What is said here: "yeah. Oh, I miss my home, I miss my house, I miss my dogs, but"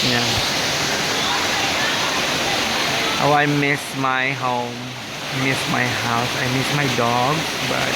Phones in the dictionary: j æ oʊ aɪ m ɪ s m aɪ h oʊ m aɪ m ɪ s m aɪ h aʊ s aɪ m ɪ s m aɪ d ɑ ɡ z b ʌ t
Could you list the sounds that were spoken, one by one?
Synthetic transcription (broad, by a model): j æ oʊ aɪ m ɪ s m aɪ h oʊ m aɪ m ɪ s m aɪ h aʊ s aɪ m ɪ s m aɪ d ɑ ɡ b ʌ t